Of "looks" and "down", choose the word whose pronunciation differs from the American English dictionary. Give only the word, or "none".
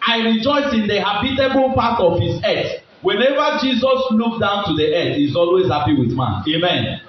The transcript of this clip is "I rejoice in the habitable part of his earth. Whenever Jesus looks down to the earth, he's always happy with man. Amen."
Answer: looks